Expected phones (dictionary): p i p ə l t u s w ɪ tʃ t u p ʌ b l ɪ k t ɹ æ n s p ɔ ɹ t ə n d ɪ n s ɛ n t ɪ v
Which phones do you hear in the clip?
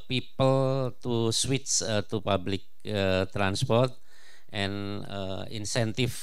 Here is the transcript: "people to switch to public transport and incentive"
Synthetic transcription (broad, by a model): p i p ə l t u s w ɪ s t u p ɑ b l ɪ k t ɹ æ n s p ɔ ɹ t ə n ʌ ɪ n s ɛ n t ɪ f